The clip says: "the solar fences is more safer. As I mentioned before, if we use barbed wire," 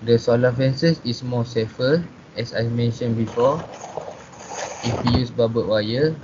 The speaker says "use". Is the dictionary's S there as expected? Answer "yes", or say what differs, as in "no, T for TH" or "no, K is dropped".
yes